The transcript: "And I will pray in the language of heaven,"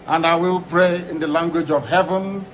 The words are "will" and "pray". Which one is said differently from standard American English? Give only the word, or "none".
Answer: none